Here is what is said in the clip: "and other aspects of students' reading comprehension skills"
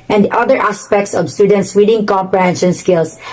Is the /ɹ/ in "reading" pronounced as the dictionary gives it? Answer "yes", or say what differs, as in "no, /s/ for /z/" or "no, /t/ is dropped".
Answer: no, /w/ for /ɹ/